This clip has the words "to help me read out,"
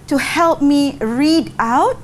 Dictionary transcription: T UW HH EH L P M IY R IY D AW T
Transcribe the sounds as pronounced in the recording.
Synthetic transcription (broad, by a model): T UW HH EH L P M IY R IY D AW T